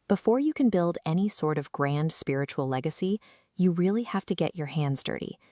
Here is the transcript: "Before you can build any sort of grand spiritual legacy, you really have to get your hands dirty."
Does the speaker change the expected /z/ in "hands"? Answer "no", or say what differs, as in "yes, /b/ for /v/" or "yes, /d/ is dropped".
no